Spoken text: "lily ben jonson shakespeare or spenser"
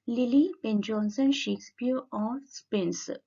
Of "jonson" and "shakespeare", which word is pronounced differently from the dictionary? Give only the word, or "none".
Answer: none